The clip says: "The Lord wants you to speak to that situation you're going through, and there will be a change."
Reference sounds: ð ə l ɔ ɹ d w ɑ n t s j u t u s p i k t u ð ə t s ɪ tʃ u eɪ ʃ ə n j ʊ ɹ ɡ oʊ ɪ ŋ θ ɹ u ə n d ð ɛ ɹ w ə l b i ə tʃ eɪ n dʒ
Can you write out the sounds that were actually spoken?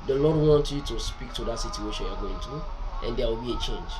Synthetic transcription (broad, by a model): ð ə l ɔ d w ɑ n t j u t u s p i k t u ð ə t s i tʃ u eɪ ʃ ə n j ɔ ɡ oʊ ɪ ŋ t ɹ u ə n d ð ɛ w ə l b i ə tʃ eɪ n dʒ